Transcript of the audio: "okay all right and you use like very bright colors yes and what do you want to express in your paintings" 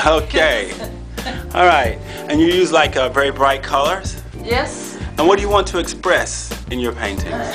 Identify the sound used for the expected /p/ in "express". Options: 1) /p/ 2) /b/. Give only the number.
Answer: 1